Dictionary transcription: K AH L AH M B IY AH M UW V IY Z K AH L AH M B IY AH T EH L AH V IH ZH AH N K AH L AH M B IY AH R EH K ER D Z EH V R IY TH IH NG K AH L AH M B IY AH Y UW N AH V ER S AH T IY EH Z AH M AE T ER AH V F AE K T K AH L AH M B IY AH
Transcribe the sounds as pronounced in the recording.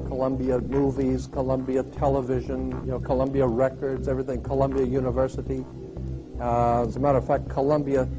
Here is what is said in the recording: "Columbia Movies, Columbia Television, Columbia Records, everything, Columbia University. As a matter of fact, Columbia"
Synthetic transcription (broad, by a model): K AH L AH M B IY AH M UW V IY Z K AH L AH M B IY AH T EH L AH V IH ZH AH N K AH L AH M B IY AH R EH K ER D Z EH V R IY TH IH NG K AH L AH M B IY AH Y UW N AH V ER S AH T IY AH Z AH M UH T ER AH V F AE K K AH L AH M B IY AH